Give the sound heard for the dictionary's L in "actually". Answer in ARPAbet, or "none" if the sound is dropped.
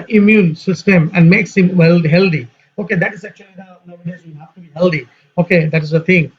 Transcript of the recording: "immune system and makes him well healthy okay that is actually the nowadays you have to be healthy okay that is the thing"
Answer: none